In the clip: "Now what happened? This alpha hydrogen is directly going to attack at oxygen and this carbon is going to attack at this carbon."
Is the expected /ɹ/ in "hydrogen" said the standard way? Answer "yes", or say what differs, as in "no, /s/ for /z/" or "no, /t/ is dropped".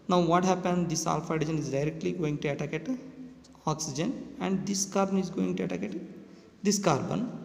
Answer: no, /ɹ/ is dropped